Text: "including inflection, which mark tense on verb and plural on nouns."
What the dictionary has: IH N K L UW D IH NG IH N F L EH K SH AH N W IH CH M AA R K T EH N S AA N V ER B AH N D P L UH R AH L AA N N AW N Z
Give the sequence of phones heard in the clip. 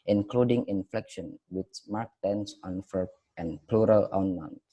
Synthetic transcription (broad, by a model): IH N K L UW D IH NG IH N F L EH K SH AH N W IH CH M AA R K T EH N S AA N F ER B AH N P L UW R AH L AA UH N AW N